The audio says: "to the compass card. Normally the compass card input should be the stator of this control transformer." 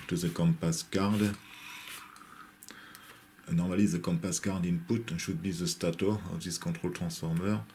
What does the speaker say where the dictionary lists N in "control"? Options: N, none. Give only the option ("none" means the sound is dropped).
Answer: none